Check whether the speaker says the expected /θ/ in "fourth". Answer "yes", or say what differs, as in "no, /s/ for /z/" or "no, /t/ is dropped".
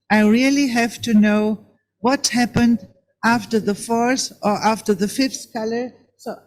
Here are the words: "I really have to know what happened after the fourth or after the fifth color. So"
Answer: no, /s/ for /θ/